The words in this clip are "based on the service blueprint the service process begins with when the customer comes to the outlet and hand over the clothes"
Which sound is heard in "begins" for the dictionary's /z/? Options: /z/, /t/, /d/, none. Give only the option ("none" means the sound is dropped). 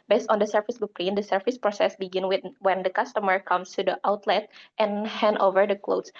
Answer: none